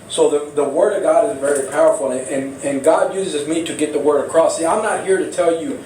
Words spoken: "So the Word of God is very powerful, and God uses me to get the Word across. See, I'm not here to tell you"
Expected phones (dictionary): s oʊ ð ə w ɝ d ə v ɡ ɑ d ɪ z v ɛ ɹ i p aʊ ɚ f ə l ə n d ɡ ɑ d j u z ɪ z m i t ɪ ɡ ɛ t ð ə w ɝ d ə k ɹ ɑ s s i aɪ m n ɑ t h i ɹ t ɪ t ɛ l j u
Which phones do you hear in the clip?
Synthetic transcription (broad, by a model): s oʊ ð ə w ɝ d ə v ɡ ɑ d ɪ z v ɛ ɹ i p aʊ ɚ f l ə n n ɡ ɑ d j u z ɪ z m i t ɪ ɡ ɛ t ð ə w ɝ d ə k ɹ ɑ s s i aɪ m n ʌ t h i ɹ t ɪ t ɛ l j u